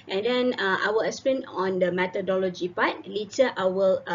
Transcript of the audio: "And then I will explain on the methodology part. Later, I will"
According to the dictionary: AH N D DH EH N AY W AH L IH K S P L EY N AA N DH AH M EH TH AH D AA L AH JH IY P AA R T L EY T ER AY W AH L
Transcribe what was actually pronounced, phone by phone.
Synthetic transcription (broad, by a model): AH N D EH N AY W AH L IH S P EY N AA N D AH M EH T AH D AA L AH JH IY P AA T L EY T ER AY W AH L